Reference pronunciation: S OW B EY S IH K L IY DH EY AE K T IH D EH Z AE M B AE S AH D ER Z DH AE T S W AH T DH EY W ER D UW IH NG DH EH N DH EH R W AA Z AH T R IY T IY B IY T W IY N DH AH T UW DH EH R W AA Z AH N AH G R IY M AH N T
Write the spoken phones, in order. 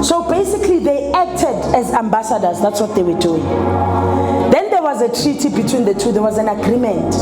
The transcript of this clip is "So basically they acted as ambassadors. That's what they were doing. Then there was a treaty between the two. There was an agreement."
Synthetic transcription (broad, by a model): S OW B EY S IH K L IY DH EY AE K T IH D EH Z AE M B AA S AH D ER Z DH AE T S W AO T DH EY W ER D UW IH NG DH EH N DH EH W AA Z AH T R IY T IY B IY T W IY N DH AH T UW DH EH W AA Z AH N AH G R IY M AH N T